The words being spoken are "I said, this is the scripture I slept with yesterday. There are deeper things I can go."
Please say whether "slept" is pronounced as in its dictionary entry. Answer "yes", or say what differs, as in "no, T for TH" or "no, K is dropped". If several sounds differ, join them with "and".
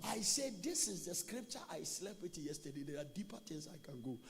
no, B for P